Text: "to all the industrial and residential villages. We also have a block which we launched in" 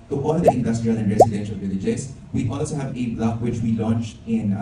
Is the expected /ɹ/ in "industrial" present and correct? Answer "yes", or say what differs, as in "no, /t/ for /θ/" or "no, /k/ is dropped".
yes